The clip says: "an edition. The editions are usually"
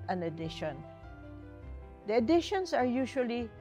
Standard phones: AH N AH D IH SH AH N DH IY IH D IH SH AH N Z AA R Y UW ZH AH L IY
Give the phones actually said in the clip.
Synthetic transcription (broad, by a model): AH N AH D IH SH AH N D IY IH D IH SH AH N S AA R Y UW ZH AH L IY